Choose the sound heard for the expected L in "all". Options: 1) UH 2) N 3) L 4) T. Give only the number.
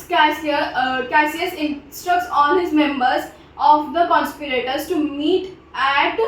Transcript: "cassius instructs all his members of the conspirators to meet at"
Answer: 2